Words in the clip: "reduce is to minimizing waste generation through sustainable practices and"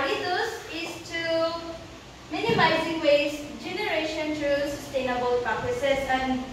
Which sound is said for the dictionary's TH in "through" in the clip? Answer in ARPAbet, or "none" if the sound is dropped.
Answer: T